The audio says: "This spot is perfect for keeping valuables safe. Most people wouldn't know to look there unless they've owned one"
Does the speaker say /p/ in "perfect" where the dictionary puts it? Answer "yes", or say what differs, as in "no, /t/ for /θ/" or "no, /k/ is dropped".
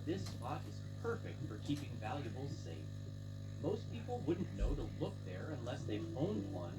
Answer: yes